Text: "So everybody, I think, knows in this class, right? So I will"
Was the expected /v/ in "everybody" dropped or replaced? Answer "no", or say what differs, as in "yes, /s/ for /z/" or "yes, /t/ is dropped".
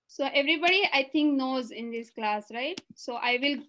no